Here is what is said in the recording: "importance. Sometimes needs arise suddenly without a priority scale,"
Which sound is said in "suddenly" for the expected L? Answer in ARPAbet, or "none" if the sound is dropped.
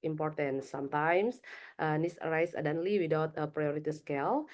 L